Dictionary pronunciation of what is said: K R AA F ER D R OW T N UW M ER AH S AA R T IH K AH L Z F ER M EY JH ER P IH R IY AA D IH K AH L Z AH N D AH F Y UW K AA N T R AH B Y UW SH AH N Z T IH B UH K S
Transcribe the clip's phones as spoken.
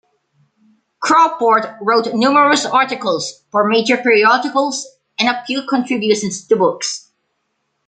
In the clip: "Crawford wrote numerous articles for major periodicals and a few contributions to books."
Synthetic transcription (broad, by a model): K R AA P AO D R OW T N UW M ER AH S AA R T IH K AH L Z F ER M EY JH ER P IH R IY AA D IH K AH L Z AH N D AH P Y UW K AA N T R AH B Y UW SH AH N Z T IH B UH K S